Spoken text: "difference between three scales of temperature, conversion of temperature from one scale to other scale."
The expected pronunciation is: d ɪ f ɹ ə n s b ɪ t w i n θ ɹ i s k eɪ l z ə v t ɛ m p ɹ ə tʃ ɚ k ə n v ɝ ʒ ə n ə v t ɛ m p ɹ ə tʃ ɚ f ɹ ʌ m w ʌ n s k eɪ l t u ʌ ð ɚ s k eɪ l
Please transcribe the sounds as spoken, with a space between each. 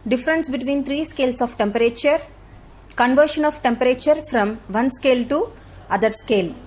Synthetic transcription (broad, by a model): d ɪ f ɹ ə n s b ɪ t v i n t ɹ i s k eɪ l s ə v t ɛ m p ɹ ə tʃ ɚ k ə n v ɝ ʃ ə n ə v t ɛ m p ɹ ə tʃ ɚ f ɹ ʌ m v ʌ n s k eɪ l t u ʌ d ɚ s k eɪ l